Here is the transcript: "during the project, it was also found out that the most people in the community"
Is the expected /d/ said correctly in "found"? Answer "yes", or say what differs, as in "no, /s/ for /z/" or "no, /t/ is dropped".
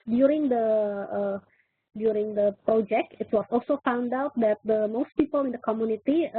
yes